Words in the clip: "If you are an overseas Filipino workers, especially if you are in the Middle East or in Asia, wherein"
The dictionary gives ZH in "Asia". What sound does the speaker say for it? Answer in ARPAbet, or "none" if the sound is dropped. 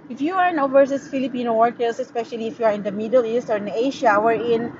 SH